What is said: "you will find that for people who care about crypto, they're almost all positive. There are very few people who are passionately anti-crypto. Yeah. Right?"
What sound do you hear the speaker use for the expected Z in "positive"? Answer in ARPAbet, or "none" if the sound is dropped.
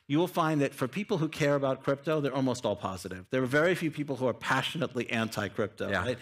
Z